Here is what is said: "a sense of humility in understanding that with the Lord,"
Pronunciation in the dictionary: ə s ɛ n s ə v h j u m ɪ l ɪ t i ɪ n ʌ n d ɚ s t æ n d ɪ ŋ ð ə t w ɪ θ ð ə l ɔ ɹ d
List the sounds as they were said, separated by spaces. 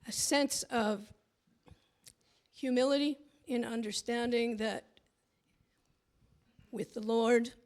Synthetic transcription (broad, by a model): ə s ɛ n s ə v h j u m ɪ l ɪ t i ɪ n ʌ n d ɚ s t æ n d ɪ ŋ ð ə t w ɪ ð ə l ɔ ɹ d